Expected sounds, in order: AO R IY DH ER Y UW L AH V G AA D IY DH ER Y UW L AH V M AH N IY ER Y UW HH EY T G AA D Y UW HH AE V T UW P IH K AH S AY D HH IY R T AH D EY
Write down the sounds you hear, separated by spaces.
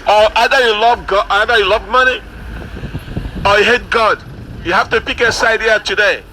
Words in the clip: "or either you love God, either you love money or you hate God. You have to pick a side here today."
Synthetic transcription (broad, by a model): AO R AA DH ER Y UW L AH V G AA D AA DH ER Y UW L AH V M AH N IY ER Y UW HH EY T G AA D Y UW HH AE F T UW P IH K AH S AY D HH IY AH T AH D EY